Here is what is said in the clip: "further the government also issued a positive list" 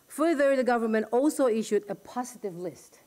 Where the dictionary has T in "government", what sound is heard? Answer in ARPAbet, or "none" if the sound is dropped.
T